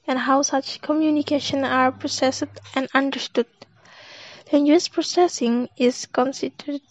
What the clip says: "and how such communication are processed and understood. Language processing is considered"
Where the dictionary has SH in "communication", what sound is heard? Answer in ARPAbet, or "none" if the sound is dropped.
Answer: SH